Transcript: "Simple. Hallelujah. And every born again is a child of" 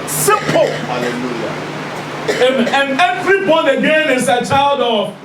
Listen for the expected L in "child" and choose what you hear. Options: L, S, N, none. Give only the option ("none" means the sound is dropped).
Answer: L